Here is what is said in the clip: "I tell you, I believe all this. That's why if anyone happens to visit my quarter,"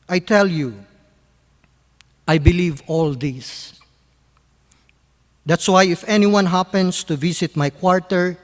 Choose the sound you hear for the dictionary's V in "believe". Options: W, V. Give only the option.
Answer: V